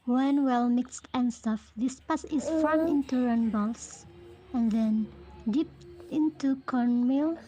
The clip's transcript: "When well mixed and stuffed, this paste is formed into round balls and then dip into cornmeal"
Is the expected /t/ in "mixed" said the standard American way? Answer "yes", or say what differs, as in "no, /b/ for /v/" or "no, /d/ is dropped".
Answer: yes